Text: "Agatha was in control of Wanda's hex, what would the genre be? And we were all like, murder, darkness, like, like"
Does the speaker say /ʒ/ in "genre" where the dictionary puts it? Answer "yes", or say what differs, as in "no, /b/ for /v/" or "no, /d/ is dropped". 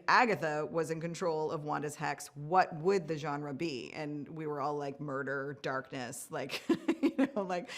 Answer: yes